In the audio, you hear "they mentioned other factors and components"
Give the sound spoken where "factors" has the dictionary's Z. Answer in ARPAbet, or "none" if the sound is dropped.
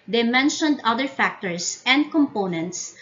S